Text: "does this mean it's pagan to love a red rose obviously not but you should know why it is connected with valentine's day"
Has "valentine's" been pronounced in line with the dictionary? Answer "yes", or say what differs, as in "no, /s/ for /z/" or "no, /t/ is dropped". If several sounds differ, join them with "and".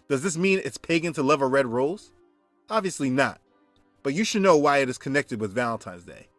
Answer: yes